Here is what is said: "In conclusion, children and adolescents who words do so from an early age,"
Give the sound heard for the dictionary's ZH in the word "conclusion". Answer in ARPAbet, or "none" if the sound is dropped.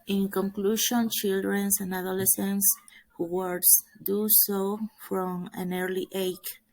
SH